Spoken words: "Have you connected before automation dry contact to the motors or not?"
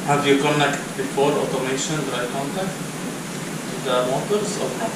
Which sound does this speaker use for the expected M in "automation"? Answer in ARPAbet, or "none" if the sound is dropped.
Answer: M